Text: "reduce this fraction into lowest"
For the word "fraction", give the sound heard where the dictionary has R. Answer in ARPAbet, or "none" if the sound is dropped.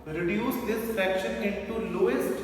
none